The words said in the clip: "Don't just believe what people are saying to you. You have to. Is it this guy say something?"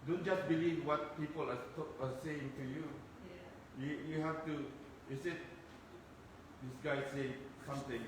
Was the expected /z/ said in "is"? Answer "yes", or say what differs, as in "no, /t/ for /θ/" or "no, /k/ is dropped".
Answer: no, /s/ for /z/